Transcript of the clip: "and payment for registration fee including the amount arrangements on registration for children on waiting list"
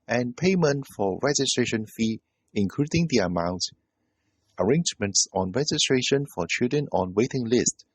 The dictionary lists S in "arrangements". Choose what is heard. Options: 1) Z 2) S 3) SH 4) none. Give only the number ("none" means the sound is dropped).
2